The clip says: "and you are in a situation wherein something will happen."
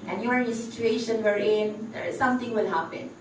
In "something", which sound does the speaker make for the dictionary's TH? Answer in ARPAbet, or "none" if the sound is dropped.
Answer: T